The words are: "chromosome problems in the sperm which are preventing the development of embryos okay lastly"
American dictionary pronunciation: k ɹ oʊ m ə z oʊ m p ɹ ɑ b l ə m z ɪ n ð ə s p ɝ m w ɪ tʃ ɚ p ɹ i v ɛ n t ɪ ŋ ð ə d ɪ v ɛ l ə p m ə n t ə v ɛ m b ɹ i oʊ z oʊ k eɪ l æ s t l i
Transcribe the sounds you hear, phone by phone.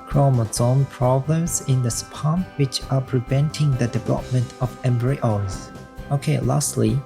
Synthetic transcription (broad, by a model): k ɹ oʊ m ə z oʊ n p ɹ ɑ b l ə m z ɪ n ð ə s p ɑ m w ɪ tʃ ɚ p ɹ i v ɛ n t ɪ ŋ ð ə d ɪ v ɛ l ə p m ə n t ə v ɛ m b ɹ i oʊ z oʊ k eɪ l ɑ s t l i